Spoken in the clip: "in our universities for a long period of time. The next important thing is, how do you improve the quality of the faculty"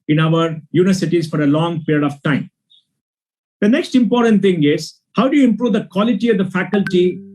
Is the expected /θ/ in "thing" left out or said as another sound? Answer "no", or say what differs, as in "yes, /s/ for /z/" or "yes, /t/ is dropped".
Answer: yes, /t/ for /θ/